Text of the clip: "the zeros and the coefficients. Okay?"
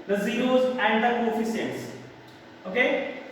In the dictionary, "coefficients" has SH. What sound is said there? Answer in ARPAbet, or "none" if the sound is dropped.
S